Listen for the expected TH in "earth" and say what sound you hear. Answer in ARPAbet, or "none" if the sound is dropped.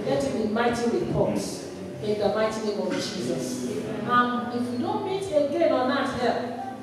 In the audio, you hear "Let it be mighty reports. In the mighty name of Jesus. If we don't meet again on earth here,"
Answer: T